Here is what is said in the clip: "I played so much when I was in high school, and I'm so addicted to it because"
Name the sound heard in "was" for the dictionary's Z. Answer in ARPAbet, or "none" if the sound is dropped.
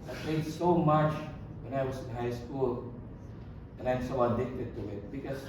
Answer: S